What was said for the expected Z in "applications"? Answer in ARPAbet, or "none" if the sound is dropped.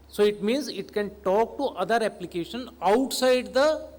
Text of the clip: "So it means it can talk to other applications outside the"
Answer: none